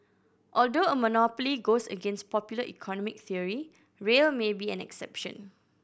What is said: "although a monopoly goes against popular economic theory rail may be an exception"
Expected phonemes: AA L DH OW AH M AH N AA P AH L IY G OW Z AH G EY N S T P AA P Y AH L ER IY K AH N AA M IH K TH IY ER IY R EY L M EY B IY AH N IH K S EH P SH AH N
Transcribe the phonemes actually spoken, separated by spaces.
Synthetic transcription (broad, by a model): AA L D OW AH M AH N AA P AH L IY G OW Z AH G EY N S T P AA P Y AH L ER IY K AH N AA M IH K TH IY ER IY R EY L M EY B IY AH N IH K S EH P SH AH N